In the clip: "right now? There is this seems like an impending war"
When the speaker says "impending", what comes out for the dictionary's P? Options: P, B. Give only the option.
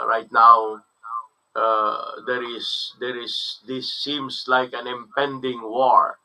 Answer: P